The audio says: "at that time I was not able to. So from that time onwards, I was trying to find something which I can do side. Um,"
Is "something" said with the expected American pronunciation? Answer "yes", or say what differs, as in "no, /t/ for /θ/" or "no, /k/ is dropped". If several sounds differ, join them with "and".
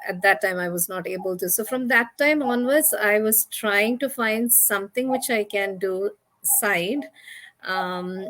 no, /t/ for /θ/